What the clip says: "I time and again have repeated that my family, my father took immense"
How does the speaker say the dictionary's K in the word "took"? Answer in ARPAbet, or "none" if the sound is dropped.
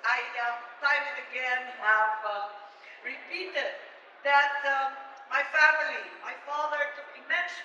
none